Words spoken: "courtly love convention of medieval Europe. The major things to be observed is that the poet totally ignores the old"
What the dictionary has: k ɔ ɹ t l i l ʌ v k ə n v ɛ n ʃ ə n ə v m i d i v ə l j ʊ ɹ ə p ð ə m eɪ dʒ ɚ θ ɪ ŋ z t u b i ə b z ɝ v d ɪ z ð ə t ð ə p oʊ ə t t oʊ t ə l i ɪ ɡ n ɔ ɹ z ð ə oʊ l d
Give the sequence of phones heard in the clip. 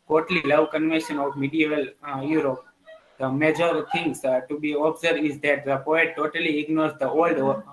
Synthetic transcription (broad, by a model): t ɔ t l i l ʌ v k ə n v ɛ n ʃ ə n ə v m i d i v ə l j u ɹ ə p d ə m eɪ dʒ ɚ t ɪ ŋ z t u b i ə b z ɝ d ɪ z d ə t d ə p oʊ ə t t oʊ t ə l i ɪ ɡ n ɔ ɹ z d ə oʊ l d